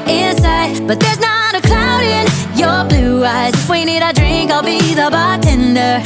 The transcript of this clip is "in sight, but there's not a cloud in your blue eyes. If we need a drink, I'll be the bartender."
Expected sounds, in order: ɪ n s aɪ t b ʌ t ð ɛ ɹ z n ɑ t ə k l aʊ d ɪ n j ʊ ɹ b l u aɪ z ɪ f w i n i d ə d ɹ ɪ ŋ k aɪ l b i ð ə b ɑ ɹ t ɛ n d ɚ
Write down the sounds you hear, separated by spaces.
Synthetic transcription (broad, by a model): ɪ n s aɪ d b ʌ t ð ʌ ɹ z n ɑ t ə k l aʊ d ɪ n j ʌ ɹ b l u aɪ z ɪ f w i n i d ə d ɹ ɪ ŋ k aɪ l b i ð ə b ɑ t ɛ n d ɚ